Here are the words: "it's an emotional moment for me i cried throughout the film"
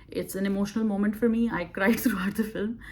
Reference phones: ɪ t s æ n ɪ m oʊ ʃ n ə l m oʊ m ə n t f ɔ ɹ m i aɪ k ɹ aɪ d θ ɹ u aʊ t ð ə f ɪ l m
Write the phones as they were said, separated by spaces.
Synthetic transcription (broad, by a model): ɪ t s æ n ɪ m oʊ ʃ n ə l m oʊ m ə n t f ɔ ɹ m i aɪ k ɹ aɪ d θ ɹ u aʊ t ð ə f ɪ l m